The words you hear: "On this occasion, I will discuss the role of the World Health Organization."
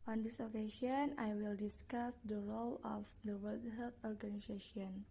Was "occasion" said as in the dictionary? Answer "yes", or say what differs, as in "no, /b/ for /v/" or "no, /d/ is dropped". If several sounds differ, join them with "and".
no, /s/ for /ʒ/